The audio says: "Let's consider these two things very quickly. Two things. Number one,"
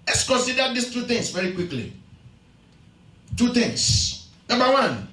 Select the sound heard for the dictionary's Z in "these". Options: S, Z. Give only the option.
S